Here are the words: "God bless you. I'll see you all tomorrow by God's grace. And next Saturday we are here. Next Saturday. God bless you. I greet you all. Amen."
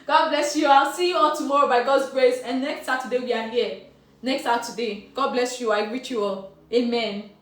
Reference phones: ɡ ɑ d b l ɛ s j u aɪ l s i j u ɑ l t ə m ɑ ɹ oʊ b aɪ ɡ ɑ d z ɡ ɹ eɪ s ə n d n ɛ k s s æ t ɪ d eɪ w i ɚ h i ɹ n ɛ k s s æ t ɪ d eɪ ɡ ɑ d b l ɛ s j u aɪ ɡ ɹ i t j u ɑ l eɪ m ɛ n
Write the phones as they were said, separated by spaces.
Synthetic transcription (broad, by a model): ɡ ɑ d b l ɛ s j u aɪ l s i j u ɑ l t ə m ɑ ɹ oʊ b aɪ ɡ ɑ d z ɡ ɹ eɪ s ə n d n ɛ k s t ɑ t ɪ d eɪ w i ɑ h i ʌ n ɛ k s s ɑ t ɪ d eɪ ɡ ɑ d b l ɛ s j u aɪ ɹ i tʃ j u ɑ l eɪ m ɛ n